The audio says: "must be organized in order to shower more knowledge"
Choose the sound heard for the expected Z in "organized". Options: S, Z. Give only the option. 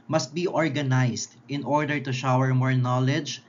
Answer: S